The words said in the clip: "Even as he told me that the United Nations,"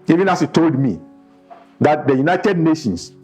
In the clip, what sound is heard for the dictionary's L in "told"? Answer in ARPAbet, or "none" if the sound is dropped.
L